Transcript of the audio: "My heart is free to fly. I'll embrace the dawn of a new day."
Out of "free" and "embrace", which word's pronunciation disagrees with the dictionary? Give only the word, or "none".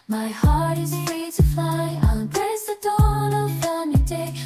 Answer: embrace